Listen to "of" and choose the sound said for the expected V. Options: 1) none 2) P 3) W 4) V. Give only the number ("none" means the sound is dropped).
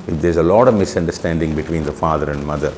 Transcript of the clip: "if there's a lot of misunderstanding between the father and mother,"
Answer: 4